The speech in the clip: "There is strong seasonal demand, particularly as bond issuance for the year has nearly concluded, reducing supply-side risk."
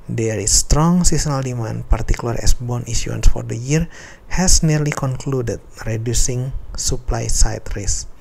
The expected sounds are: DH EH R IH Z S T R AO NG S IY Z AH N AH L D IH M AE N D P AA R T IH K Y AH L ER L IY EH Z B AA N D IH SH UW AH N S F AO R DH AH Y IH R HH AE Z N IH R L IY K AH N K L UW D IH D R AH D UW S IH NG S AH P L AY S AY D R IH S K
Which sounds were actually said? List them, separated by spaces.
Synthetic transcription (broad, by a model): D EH R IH S T R AO NG S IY S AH N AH L D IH M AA N P AA R T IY K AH L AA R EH S B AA N IY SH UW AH N S F AO R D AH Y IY R HH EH S N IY R L IY K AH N K L UW D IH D R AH D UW S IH NG S AH P L AY S AY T R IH S